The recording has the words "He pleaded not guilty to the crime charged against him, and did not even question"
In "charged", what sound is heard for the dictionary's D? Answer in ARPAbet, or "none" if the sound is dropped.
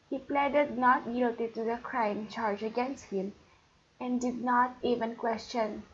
none